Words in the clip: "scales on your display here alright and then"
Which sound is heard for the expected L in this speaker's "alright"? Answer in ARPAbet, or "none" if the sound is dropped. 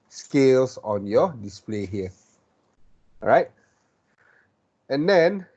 none